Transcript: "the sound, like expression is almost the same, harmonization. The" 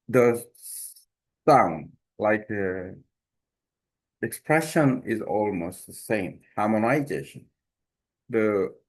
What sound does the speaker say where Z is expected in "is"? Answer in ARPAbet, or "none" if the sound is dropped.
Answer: Z